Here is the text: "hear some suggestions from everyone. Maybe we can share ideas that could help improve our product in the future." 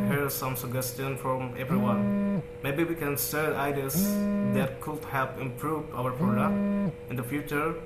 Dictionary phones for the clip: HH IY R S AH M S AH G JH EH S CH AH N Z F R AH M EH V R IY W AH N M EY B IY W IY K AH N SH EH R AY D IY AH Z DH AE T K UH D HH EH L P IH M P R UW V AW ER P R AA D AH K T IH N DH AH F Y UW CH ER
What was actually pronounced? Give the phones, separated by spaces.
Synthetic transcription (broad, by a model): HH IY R S AH M S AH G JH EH S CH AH N F R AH M EH V R IY W AH N M EY B IY W IY K AH N S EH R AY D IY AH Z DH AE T K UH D HH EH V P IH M P R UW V AW ER P R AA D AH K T IH N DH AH F Y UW CH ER